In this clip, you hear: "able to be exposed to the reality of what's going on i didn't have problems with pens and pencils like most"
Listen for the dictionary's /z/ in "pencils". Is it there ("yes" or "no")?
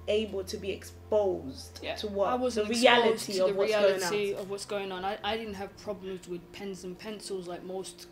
yes